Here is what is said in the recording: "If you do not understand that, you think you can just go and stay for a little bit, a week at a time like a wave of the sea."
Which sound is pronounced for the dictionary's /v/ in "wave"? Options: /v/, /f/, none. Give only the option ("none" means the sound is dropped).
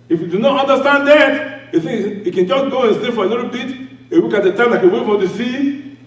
/f/